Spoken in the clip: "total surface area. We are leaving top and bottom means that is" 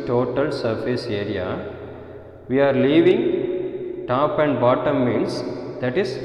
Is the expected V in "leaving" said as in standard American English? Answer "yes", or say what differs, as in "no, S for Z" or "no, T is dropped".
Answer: yes